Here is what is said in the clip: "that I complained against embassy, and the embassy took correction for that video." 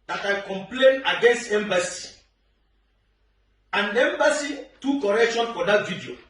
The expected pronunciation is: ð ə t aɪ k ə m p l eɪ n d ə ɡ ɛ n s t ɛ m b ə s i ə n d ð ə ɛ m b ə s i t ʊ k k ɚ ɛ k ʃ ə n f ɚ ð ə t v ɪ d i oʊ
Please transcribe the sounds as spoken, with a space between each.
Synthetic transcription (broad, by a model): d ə t aɪ k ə m p l eɪ n ə ɡ ɛ n s t ɛ m b ə s i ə n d ɛ m b ə s i t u k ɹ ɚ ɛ k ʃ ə n f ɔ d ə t v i d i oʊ